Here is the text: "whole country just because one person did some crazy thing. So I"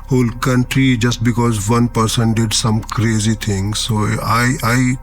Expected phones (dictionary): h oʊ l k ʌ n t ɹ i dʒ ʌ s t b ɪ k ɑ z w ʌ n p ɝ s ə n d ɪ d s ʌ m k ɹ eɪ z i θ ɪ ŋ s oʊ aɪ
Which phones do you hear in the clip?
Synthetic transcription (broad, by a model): h oʊ l k ʌ n t ɹ i dʒ ʌ s t b ɪ k ɑ z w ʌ n p ɝ s ə n d ɪ d s ʌ m k ɹ eɪ z i t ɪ ŋ s oʊ aɪ